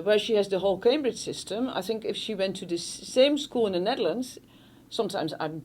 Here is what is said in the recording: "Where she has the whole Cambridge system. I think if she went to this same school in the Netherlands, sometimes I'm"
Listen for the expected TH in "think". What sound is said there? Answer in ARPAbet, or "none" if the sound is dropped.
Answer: TH